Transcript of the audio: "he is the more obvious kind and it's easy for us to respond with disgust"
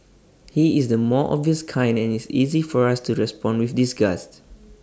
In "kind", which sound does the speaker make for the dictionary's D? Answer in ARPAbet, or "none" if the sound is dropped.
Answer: D